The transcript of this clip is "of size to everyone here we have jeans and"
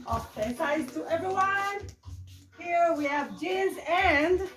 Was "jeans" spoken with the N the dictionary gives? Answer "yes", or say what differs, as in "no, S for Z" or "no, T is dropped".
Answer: no, N is dropped